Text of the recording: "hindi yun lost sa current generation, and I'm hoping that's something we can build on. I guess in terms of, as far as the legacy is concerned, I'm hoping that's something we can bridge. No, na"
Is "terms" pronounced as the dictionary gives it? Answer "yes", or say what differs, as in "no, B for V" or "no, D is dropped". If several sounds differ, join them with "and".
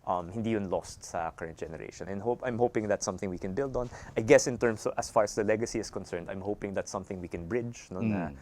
no, S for Z